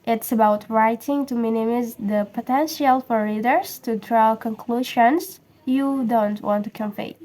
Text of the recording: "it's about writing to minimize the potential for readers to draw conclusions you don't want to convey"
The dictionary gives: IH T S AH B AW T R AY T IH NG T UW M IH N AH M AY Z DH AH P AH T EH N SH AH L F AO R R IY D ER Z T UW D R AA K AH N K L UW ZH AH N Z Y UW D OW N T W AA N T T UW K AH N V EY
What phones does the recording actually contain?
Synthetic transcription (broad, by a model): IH T S AH B AW T R AY T IH NG T UW M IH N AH M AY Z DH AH P AH T EH N SH AH L F AO R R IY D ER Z T UW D R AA K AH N K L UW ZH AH N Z Y UW D OW N T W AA N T T UW K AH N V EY